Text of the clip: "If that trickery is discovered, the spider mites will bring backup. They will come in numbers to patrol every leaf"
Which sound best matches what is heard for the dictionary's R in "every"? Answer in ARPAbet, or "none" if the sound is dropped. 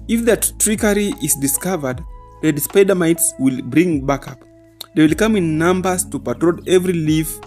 R